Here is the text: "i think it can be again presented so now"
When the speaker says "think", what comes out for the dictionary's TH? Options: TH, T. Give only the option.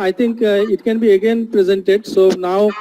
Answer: T